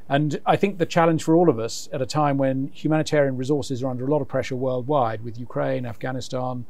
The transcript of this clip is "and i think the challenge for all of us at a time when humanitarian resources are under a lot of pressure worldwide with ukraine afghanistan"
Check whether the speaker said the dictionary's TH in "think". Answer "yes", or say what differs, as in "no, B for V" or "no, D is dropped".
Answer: yes